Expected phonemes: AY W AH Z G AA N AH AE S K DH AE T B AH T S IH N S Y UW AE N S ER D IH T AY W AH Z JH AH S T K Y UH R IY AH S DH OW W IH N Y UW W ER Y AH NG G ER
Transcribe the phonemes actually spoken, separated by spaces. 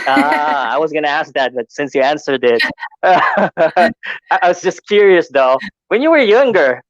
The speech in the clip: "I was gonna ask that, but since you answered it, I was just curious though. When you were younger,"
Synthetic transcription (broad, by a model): AY W AH Z G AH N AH AE S K DH AE T B AH T S IH N S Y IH AE N S ER D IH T AY W AH Z JH AH S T K Y UH R IY AH S DH OW W IH N Y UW W ER Y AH NG G ER